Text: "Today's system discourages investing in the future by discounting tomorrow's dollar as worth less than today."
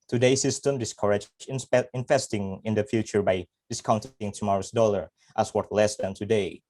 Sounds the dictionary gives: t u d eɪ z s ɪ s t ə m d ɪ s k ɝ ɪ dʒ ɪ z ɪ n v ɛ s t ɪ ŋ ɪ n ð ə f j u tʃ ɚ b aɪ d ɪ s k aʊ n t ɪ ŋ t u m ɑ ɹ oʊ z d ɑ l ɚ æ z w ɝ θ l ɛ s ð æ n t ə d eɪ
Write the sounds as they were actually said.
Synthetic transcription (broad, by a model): t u d eɪ s ɪ s t ə m d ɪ s k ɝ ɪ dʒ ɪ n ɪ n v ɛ s t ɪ ŋ ɪ n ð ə f j u tʃ ɚ b aɪ d ɪ s k aʊ n t ɪ ŋ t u m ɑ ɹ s d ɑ l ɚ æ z w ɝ t l ɛ s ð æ n t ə d eɪ